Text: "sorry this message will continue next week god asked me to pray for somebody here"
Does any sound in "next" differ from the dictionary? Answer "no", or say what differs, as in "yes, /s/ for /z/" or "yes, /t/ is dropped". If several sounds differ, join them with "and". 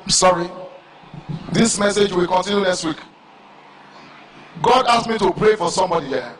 no